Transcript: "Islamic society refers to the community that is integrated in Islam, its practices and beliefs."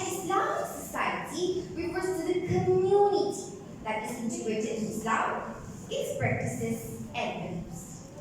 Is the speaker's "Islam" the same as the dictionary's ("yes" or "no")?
no